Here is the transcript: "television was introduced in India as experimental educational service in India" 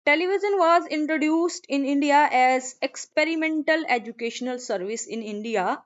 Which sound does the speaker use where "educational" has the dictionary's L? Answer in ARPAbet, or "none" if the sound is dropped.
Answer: L